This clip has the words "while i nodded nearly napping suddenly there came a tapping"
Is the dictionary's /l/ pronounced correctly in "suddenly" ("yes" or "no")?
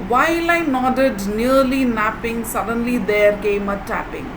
yes